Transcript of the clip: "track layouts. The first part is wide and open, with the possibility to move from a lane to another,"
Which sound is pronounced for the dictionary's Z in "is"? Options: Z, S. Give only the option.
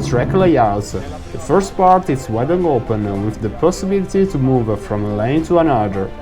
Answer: S